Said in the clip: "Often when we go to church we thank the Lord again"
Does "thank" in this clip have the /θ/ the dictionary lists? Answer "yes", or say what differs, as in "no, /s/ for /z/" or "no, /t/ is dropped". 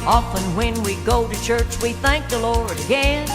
yes